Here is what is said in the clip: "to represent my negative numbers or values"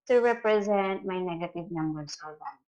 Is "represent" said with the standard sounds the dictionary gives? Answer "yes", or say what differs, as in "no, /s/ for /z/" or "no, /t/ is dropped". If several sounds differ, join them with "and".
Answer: yes